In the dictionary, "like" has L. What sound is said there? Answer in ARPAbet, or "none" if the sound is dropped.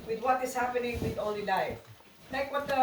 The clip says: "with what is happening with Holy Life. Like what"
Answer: N